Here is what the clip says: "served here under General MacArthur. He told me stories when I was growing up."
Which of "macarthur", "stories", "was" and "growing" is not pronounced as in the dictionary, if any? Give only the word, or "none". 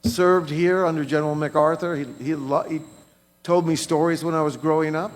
none